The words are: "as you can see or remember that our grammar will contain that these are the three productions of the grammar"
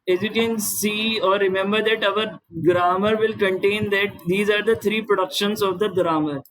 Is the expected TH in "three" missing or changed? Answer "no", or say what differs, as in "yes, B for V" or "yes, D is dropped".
yes, T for TH